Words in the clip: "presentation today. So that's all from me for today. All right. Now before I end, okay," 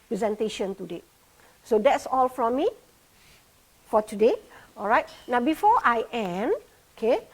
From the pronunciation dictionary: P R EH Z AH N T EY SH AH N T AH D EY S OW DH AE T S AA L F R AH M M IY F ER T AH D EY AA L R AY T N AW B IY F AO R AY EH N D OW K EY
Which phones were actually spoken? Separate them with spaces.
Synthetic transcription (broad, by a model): P R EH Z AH N T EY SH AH N T AH D EY S OW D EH T S AA L F R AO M M IY F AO T AH D EY AA L R AY T N AW B IY F AO AY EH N OW K EY